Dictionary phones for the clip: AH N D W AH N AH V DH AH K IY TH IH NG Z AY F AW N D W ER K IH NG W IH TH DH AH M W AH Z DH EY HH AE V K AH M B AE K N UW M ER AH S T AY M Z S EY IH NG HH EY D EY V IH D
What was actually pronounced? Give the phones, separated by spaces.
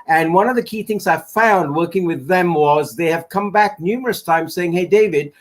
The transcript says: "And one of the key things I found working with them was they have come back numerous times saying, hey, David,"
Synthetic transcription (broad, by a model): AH N W AH N AH V DH AH K IY TH IH NG Z AY F AW N D W ER K IH NG W IH DH AH M W AH Z DH EY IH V K AH M B AE K N UW M ER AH S T AY M Z S EY IH NG HH EY D EY V IH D